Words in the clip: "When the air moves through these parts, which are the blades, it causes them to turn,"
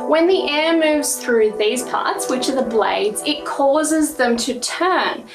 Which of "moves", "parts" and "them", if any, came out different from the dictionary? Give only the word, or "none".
none